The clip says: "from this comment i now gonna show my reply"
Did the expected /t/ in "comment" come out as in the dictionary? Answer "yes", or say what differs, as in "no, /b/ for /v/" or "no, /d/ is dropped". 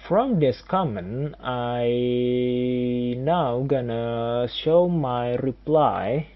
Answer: no, /t/ is dropped